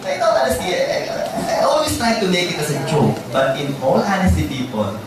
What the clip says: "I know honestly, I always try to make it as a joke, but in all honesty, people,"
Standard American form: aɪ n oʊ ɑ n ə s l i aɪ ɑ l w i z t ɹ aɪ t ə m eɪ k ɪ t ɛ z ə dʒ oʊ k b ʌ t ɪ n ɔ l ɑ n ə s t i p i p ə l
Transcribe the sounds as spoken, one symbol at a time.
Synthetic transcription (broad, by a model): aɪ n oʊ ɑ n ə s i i aɪ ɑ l w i s t ɹ aɪ t ə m eɪ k ɪ t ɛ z ə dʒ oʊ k b ʌ t ɪ n ɔ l ɑ n ə s t i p i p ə l